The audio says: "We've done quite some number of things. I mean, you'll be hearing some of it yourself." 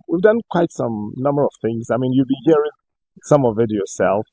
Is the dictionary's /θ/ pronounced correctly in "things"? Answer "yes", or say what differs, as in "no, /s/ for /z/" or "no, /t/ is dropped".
yes